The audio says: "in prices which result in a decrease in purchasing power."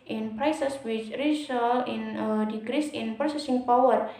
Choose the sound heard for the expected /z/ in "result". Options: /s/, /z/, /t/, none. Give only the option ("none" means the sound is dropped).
/s/